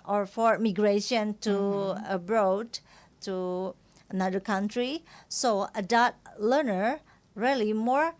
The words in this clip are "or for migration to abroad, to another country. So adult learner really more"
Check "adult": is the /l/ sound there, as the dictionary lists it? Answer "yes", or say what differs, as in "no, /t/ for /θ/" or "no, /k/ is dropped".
no, /l/ is dropped